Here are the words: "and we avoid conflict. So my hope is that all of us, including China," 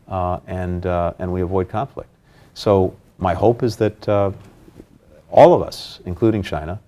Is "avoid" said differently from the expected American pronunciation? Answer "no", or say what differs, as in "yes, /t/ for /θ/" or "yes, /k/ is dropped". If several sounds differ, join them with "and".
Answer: no